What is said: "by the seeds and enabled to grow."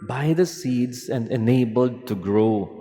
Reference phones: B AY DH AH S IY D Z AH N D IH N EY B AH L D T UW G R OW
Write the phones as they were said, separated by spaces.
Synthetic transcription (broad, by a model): B AY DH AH S IY D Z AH N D IH N EY B AH L D T UW G R OW